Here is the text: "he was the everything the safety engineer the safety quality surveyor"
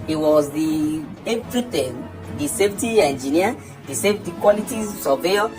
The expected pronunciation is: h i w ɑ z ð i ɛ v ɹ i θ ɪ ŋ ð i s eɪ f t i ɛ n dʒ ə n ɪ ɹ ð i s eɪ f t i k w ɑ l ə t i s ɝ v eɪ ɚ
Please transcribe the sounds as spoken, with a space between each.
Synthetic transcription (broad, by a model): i w ɑ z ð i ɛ p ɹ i t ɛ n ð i s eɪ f t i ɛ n dʒ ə n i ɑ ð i s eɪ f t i k w ɑ l ə t i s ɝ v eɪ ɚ